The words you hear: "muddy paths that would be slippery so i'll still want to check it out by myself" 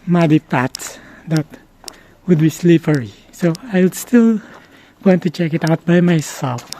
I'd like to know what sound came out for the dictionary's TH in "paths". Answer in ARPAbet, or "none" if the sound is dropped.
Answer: T